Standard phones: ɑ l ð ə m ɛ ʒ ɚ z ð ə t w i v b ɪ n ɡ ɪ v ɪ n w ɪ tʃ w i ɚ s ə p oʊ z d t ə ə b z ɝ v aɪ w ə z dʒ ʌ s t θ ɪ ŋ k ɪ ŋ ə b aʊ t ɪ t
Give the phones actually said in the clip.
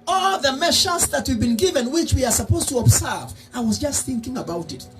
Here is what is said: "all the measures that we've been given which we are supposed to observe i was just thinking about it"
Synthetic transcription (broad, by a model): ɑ l ð ə m ɛ ʃ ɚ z ð ə t w i v b ɪ n ɡ ɪ v ɪ n w ɪ tʃ w i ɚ s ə p oʊ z t ə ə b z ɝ v aɪ w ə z dʒ ʌ s t θ ɪ ŋ k ɪ ŋ ə b aʊ t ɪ t